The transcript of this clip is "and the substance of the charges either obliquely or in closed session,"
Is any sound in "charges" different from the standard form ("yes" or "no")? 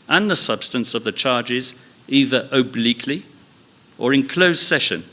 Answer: no